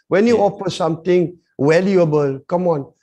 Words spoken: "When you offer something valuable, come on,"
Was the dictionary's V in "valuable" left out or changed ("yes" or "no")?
yes